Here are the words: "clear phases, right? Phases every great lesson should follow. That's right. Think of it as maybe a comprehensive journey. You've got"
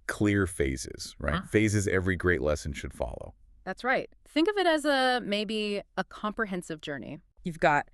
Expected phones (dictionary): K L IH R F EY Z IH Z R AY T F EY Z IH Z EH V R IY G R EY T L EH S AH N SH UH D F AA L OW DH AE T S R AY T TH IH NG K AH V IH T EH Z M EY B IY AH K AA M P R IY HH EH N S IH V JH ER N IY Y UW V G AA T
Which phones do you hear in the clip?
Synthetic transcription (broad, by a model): K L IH R F EY Z IH Z R AY T F EY Z IH Z EH V R IY G R EY T L EH S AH N SH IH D F AA L OW DH AE T S R AY T TH IH NG K AH V IH T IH Z M EY B IY AH K AA M P R IY HH EH N S IH V JH ER N IY Y UW V G AA T